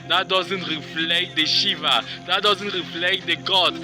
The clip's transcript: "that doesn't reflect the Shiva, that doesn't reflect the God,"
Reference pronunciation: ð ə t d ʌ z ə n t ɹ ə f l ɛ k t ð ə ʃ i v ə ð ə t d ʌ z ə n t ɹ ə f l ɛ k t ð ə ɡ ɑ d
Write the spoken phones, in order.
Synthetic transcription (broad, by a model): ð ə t d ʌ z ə n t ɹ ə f l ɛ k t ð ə ʃ i v ə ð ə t d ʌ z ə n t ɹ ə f l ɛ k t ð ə ɡ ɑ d